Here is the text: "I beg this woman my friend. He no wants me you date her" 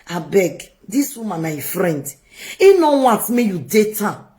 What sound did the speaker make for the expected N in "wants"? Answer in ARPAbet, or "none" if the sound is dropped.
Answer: none